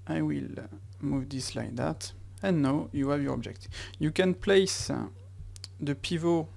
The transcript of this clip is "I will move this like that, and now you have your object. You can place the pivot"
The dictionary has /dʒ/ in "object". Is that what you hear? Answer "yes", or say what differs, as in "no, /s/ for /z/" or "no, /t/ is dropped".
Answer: yes